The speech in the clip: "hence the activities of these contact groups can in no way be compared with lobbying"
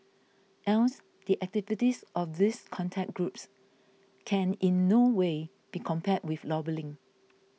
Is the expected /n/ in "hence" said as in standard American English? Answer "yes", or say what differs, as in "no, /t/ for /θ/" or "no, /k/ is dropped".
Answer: no, /l/ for /n/